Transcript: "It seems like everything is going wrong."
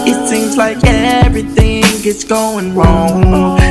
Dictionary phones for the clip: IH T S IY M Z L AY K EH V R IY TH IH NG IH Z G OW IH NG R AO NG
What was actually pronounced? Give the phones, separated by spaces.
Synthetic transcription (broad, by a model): IH T S IY M Z L AY K EH V R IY TH IH NG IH S G OW IH NG R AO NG